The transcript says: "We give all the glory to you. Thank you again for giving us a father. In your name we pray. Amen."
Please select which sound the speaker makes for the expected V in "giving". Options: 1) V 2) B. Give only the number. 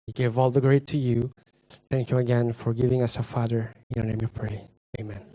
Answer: 1